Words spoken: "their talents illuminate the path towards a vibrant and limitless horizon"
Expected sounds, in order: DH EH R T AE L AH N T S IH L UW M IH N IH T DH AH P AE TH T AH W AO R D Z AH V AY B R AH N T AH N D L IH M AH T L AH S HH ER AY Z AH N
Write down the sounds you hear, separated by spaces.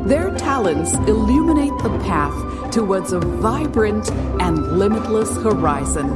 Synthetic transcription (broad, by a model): DH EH R T AE L AH N T S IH L UW M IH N IH T DH AH P AE TH T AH W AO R D Z AH V AY B R AH N T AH N L IH M AH T L AH S HH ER AY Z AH N